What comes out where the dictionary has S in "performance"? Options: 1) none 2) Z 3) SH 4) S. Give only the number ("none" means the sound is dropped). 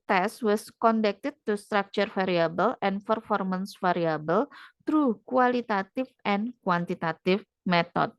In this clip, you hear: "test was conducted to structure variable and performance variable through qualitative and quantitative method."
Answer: 4